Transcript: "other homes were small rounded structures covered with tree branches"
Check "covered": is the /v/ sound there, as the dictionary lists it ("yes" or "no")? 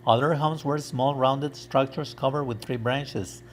yes